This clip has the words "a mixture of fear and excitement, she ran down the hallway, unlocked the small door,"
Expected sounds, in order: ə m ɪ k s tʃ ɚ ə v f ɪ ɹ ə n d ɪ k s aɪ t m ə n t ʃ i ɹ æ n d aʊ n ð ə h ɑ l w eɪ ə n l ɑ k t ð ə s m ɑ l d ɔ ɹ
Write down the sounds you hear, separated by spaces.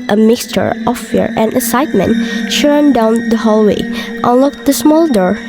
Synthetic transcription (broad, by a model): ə m ɪ k s tʃ ɚ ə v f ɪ ɹ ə n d ɪ k s aɪ t m ə n t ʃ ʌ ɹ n d aʊ n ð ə h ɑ l w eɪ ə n l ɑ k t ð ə s m ɑ l d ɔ ɹ